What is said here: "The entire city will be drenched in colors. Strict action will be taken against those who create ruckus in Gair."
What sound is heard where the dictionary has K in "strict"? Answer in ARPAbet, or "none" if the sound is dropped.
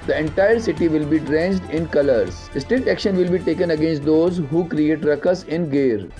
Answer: none